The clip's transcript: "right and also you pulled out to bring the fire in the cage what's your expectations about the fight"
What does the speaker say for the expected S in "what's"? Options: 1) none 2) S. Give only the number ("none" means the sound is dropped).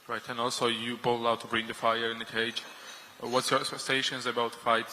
2